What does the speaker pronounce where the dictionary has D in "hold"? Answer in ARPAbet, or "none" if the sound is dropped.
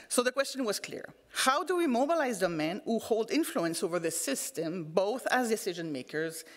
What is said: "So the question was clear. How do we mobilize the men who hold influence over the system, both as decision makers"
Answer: D